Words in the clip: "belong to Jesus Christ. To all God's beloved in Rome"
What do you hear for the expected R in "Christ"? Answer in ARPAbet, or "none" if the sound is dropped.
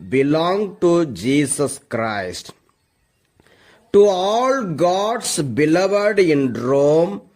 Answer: R